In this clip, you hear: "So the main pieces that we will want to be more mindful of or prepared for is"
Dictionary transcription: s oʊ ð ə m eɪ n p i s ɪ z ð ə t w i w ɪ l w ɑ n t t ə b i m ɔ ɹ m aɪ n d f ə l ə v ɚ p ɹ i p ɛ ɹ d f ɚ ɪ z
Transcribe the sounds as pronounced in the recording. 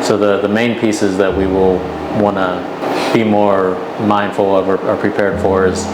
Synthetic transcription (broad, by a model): s oʊ ð ə m eɪ n p i s ɪ z ð ə t w i w ɪ l w ɑ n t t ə b i m ɔ ɹ m aɪ n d f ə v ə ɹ ɚ p ɹ i p ɛ ɹ d f ɚ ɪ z